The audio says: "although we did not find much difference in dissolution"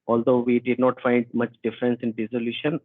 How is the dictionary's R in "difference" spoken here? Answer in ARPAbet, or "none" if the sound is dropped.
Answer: R